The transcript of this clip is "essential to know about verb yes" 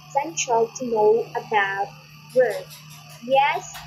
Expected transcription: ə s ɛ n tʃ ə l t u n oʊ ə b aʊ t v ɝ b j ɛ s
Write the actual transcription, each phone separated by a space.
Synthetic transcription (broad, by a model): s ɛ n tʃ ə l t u n oʊ ə b aʊ t w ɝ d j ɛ s